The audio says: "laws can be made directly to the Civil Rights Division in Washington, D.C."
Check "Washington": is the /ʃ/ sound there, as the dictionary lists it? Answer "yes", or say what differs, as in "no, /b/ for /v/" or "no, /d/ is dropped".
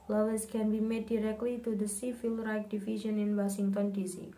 no, /s/ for /ʃ/